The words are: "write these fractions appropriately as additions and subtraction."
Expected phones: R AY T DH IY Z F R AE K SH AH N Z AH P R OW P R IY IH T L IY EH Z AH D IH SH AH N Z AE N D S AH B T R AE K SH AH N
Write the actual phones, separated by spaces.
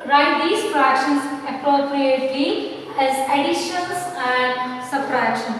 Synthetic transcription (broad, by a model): R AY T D IY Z P R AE K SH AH N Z AH P R OW P R IY IH T L IY EH Z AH D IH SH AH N S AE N D S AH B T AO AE K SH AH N